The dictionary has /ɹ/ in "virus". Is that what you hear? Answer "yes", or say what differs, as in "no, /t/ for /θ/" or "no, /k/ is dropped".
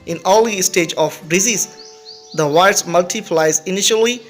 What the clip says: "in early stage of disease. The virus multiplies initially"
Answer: no, /ɹ/ is dropped